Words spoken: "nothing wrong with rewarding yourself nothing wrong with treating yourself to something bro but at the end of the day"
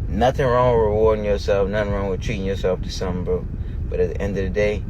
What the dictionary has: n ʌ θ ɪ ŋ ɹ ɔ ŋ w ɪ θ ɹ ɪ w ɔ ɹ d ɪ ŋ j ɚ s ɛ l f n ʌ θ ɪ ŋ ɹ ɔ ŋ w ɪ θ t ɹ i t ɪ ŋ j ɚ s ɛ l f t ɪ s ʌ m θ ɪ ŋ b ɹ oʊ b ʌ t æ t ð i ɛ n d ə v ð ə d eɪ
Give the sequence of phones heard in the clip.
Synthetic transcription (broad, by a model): n ʌ θ ɪ ŋ ɹ ɔ ŋ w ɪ ɹ ɪ w ɔ ɹ d ɪ ŋ j ɚ s ɛ l f n ʌ θ ɪ ŋ ɹ ɔ ŋ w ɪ t ɹ i t ɪ ŋ j ɚ s ɛ l f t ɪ s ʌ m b oʊ b ʌ t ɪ t ð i ɛ n d ə v ð ə d eɪ